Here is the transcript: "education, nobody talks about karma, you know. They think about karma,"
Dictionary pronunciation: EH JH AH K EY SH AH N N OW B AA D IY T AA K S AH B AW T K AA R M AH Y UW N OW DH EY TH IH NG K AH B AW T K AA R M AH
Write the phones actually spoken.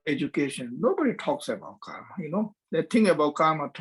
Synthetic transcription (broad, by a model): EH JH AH K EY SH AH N N OW B AA D IY T AA K S AH B AW T K AA R M AH Y UW N OW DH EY T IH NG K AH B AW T K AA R M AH